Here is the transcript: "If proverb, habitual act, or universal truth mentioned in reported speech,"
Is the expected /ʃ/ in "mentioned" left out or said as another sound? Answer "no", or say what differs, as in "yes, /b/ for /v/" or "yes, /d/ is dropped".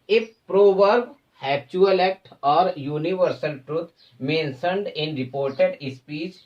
yes, /s/ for /ʃ/